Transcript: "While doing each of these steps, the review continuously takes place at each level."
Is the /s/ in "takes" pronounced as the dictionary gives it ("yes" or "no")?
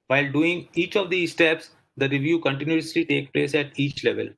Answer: no